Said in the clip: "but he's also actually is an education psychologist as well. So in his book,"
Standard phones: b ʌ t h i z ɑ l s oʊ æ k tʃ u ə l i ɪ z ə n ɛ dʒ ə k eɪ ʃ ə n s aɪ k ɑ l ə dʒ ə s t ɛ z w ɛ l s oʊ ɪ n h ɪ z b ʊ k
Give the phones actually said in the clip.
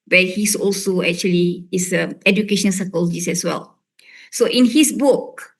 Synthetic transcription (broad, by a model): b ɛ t h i s ɑ l s oʊ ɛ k tʃ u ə l i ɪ s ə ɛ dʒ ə k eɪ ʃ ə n s aɪ k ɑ l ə dʒ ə s ɛ s w ɛ l s oʊ ɪ n h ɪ s b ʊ k